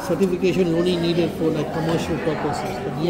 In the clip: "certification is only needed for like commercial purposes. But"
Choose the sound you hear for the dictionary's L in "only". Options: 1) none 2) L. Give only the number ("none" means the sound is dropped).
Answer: 1